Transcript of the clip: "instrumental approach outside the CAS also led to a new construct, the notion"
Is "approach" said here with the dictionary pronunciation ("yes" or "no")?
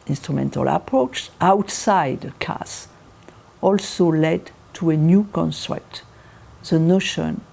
yes